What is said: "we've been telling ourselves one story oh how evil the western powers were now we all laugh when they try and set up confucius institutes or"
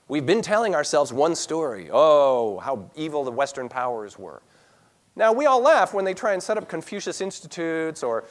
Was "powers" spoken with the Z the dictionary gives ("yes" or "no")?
yes